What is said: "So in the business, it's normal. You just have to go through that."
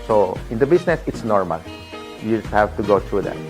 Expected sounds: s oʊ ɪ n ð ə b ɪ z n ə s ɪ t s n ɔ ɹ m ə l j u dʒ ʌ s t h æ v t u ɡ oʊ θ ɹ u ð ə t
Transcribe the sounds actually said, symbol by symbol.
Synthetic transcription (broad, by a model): s oʊ ɪ n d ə b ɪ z n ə s ɪ t s n ɔ ɹ m ə l j u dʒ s h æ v t u ɡ oʊ t ɹ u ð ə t